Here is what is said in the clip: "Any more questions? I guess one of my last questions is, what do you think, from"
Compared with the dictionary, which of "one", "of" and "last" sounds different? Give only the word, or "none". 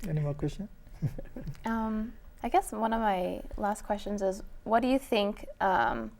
none